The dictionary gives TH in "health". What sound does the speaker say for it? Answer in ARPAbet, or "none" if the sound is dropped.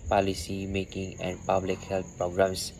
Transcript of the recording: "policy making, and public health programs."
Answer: T